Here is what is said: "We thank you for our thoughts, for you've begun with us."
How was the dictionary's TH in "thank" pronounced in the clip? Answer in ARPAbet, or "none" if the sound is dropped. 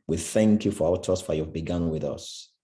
TH